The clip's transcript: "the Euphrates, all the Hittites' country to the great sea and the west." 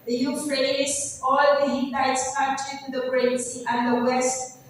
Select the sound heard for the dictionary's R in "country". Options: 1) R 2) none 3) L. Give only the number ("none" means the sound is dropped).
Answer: 2